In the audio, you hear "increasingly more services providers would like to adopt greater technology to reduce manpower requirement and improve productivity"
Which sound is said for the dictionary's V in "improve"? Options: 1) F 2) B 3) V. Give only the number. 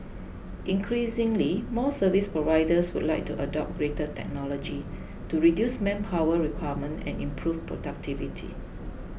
1